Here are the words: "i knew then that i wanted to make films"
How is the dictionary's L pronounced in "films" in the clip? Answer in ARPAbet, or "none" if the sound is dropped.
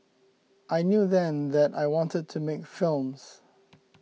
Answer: L